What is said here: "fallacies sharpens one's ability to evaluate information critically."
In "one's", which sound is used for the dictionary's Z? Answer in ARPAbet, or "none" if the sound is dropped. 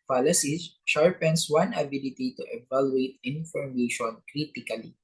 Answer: none